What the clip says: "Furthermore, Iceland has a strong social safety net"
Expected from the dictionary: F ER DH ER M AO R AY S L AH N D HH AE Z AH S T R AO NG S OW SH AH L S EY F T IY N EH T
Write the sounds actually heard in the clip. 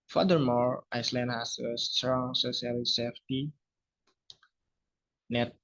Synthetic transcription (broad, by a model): F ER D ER M AO R AY S L AH N D HH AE S AH S T R AO NG S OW S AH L S EY F T IY N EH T